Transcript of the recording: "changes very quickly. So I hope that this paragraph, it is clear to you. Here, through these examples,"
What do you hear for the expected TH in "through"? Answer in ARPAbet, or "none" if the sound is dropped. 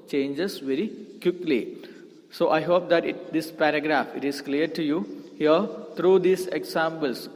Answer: T